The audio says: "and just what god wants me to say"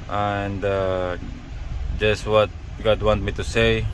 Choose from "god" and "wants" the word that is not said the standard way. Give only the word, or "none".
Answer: wants